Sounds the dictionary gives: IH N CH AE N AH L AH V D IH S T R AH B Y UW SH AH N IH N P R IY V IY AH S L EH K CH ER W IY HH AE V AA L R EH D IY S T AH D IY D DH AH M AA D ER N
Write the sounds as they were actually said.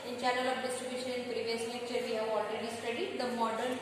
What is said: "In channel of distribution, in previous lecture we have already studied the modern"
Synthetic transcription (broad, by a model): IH N CH AE N AH L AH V D IH S T R AH B Y UW SH AH N IH N P R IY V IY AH S N EH CH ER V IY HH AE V AA L R EH D IY S T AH D IY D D AH M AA D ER N